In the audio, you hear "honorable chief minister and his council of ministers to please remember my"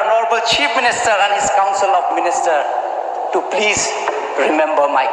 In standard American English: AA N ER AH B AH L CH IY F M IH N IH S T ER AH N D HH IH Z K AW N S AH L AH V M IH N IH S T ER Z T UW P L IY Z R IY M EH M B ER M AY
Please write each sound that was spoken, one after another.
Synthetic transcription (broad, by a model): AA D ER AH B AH L CH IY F M IH N IH S T ER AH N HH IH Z K AW N S AH L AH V M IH N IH S T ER T UW P L IY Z R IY M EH M B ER M AY